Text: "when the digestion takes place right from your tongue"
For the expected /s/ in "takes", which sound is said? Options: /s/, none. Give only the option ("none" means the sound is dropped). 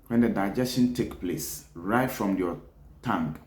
none